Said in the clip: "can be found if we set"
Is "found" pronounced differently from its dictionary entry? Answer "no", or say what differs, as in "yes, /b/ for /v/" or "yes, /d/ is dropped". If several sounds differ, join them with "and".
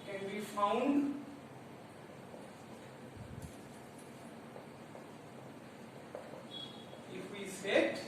yes, /d/ is dropped